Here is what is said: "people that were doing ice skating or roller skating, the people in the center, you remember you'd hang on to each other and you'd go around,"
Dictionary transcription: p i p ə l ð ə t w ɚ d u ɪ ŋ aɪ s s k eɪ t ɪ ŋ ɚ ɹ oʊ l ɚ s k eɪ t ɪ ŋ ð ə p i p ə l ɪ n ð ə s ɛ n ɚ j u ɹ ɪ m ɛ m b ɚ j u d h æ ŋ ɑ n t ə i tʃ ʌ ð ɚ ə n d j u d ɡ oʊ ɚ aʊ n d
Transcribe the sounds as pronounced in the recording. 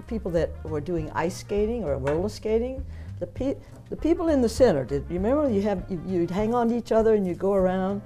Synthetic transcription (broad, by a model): p i p l ð ə t w ɚ d u ɪ ŋ aɪ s s k eɪ t ɪ ŋ ɚ w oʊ l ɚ s k eɪ t ɪ ŋ ð ə p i p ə l ɪ n ð ə s ɛ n ɚ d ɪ ɹ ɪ m ɛ m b ɚ j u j h æ ŋ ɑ n i tʃ ʌ ð ɚ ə n j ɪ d ɡ oʊ ɚ aʊ n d